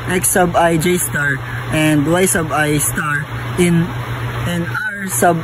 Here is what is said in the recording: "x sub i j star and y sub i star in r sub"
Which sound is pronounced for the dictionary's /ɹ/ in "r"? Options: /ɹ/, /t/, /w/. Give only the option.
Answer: /w/